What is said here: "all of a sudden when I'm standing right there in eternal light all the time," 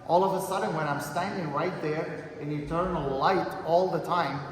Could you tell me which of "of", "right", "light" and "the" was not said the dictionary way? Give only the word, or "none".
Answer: none